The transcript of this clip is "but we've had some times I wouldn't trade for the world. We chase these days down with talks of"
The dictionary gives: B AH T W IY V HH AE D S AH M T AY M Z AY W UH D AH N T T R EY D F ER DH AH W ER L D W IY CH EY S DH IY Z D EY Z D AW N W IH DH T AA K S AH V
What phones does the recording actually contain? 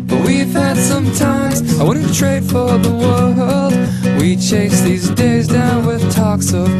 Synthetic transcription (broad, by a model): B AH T W IY V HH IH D S AH M T AY M Z AY W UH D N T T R EY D F ER DH AH W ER L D W IY CH EY S DH IY Z D EY Z D AW N W IH DH T AA K S AH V